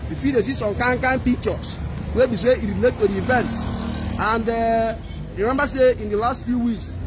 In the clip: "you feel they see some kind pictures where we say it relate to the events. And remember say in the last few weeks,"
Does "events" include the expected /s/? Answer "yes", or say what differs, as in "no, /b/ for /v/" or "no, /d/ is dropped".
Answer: no, /s/ is dropped